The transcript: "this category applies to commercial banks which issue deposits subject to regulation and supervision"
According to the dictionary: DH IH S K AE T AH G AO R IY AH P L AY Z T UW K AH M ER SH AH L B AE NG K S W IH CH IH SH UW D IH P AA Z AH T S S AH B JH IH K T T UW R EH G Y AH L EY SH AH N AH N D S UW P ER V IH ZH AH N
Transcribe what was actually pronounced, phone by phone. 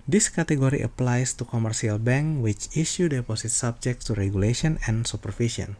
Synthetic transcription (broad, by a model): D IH S K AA T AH G AO R IY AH P L AY S T UW K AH M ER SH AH L B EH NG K W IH CH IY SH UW D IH P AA S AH T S S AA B JH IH K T T UW R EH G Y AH L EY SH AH N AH N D S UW P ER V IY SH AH N